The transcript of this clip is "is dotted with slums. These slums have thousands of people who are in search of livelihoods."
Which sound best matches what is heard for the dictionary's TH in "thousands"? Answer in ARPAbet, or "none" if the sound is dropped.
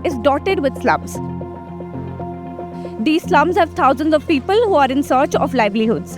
T